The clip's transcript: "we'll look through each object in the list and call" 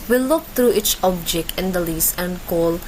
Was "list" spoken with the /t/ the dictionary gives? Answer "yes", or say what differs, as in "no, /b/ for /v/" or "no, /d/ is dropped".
no, /t/ is dropped